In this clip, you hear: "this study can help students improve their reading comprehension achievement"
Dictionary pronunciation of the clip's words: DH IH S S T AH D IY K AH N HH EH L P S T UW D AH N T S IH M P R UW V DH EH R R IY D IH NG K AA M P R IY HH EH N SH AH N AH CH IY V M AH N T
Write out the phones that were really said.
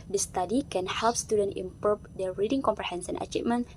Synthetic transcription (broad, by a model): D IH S S T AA D IY K AH N HH EH L P S T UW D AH N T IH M P UW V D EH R R IY D IH NG K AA M P R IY HH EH N S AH N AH CH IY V M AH N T